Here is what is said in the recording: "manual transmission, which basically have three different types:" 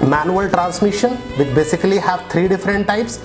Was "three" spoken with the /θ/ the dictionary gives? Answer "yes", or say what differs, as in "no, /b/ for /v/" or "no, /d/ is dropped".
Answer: no, /t/ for /θ/